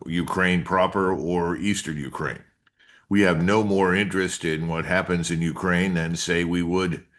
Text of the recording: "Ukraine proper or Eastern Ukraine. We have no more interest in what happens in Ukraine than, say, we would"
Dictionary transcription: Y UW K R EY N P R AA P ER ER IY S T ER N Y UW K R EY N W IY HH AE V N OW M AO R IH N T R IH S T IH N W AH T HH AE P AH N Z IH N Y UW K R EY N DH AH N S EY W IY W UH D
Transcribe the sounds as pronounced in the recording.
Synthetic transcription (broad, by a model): Y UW K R EY N P R AA P ER ER IY S T ER N Y UW K R EY N W IY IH V N OW M AO R IH N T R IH S T IH N W AH T HH AE P AH N Z IH N Y UW K R EY N DH AH N S EY W IY W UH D